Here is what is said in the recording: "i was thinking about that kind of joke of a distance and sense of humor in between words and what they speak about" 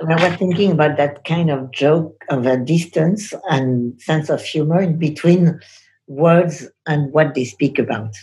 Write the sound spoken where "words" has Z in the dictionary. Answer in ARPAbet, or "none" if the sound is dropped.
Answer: Z